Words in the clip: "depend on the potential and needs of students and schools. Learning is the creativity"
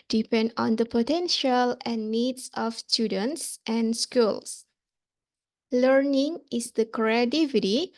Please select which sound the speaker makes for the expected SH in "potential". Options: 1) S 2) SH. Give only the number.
2